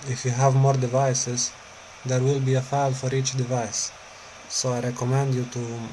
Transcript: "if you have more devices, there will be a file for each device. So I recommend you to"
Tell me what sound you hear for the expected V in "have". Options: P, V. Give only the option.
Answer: V